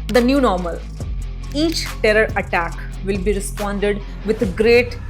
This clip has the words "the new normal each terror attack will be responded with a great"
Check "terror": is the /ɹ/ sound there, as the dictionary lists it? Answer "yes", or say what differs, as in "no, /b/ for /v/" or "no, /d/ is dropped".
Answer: yes